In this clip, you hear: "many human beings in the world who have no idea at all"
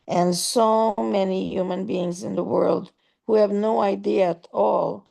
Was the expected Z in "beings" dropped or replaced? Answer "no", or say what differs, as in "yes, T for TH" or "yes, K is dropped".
no